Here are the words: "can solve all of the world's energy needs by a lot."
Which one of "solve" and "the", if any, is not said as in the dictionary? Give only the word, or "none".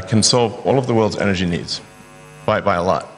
none